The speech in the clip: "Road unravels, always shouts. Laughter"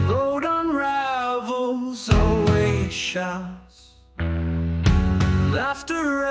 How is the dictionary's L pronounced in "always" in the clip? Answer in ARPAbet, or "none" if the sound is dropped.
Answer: none